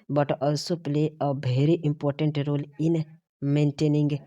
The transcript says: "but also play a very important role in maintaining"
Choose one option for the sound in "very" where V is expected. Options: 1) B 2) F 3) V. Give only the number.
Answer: 1